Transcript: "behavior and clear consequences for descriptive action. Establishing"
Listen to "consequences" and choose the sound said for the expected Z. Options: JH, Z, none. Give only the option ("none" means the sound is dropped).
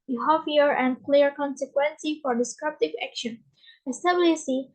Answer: none